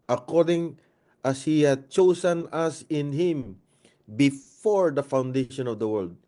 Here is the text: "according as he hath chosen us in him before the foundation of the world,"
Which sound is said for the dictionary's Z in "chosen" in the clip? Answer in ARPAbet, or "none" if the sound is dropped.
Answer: S